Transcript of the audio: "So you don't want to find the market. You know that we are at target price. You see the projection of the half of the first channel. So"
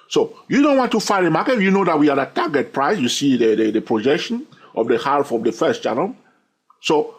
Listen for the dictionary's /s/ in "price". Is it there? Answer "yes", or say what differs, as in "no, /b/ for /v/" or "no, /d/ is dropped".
yes